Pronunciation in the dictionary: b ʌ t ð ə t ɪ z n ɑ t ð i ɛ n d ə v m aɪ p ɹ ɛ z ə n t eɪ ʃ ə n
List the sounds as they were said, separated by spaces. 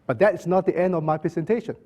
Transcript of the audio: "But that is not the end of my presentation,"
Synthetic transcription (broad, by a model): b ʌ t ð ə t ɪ s n ɑ t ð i ɛ n d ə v m aɪ p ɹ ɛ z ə n t eɪ ʃ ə n